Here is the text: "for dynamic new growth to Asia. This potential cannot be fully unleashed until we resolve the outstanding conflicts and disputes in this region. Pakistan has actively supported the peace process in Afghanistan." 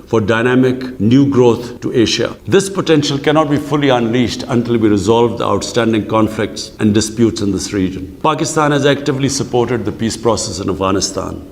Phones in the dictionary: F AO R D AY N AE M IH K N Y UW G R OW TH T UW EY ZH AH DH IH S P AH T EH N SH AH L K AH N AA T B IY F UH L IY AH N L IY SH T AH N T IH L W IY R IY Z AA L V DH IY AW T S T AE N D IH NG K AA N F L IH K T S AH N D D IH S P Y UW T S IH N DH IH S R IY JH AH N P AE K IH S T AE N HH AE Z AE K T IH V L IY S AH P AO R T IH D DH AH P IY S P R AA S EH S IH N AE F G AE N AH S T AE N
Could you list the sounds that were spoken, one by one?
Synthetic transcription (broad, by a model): F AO R D AY N AE M IH K N Y UW G R OW T T UW EY SH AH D IH S P AH T EH N SH AH L K AH N AA T B IY F UH L IY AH N L IY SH T AH N T IH L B IY R IY Z AA L V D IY AW T S T AE N D IH NG K AA N F L IH K T S AH N D D IH S P Y UW T S IH N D IH S R IY JH AH N P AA K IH S T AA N HH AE Z AE K T IH V L IY S AH P AO R T IH D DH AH P IY S P R AA S EH S IH N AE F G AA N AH S T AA N